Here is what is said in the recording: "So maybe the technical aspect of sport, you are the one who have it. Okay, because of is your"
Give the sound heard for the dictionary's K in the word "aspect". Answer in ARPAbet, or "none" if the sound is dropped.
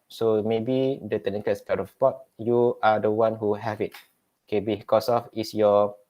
none